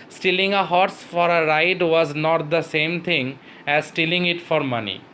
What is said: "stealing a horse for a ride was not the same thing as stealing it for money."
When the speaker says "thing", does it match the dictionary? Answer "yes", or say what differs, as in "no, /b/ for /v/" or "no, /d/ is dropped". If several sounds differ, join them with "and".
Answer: no, /t/ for /θ/